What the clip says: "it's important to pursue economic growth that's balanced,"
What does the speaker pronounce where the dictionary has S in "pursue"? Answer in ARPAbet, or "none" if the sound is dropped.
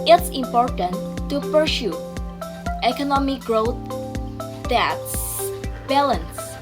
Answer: SH